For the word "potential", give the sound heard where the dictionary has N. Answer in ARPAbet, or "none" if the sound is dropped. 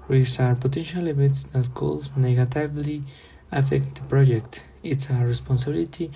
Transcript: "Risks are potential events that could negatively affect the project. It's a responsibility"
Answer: N